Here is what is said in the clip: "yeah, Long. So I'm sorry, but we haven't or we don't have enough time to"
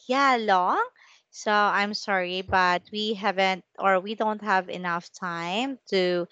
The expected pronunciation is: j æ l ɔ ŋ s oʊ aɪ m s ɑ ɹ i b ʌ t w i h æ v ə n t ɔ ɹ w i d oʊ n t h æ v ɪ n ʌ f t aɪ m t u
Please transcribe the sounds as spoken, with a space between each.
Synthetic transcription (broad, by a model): j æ l ɔ ŋ s oʊ aɪ m s ɑ ɹ i b ʌ t w i h æ v ə n t ɔ ɹ w i d oʊ n t h æ v ɪ n ʌ f t aɪ m t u